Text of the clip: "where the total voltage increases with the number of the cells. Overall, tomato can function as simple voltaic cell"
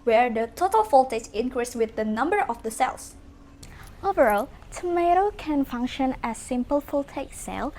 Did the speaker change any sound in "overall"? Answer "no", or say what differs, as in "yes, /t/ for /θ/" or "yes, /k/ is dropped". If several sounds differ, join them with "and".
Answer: no